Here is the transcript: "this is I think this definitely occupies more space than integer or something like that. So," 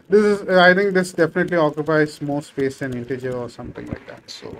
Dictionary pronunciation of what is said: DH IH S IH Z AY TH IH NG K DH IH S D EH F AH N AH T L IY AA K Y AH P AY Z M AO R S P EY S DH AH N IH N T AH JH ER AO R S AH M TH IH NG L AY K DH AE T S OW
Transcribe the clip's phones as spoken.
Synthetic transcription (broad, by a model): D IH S IH Z AY T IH NG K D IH S D EH F AH N AH T L IY AA K Y AH P AY Z M AO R S P EY S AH N IH N T AH JH ER AO R S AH M T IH NG L AY K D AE T S OW